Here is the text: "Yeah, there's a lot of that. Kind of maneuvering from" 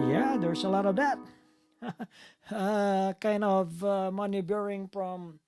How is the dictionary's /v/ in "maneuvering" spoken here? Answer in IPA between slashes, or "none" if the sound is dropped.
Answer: /b/